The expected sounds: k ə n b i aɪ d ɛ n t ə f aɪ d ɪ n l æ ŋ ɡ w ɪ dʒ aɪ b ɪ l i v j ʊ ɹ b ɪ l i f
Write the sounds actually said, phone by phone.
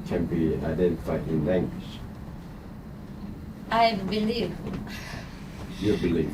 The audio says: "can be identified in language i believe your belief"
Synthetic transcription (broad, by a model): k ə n b i aɪ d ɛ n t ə f aɪ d ɪ n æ ŋ ɡ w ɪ ʃ aɪ b ɪ l i v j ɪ b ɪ l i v